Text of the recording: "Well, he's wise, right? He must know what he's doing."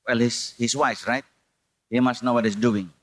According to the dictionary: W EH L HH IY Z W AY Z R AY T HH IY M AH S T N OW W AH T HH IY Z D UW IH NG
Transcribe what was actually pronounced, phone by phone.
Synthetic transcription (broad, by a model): W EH L HH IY S W AY S R AY T HH IY M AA S T N OW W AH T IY S D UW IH NG